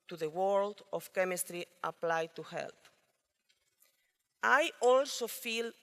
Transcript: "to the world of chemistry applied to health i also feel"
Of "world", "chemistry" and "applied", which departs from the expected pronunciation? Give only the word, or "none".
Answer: none